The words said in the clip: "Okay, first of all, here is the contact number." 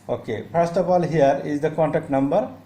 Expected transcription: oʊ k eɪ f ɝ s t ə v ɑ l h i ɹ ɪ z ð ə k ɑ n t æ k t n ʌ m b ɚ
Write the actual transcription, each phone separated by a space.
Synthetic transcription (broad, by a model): oʊ k eɪ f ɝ s t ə p ɑ l h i ɹ ɪ z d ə k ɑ n t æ k t n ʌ m b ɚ